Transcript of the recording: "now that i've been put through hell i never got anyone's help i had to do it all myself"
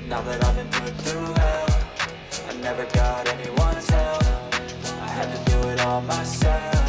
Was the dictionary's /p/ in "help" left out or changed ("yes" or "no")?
yes